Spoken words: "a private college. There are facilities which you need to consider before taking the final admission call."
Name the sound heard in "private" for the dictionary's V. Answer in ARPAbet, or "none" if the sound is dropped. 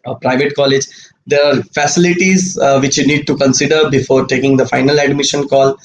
V